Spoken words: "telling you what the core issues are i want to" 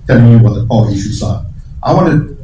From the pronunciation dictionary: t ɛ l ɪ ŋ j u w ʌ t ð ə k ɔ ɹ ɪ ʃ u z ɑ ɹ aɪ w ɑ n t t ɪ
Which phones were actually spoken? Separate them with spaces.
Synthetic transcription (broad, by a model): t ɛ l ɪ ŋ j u w ʌ t ð ə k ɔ l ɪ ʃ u s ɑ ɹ aɪ w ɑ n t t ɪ